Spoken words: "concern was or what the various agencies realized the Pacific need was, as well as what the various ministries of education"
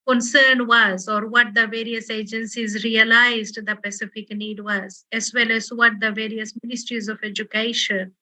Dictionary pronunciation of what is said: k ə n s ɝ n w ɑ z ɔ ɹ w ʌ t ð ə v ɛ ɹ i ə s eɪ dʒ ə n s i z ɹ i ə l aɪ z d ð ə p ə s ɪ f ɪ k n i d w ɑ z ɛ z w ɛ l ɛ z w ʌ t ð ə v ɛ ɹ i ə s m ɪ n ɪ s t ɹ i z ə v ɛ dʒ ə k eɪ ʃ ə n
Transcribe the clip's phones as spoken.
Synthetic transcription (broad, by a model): k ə n s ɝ n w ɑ z ɔ ɹ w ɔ t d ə v ɛ ɹ i ə s eɪ dʒ ə n s i z ɹ i ə l aɪ z d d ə p ə s ɪ f ɪ k n i d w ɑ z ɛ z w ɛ l ɛ z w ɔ t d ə v ɛ ɹ i ə s m ɪ n ɪ s t ɹ i z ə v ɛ dʒ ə k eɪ ʃ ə n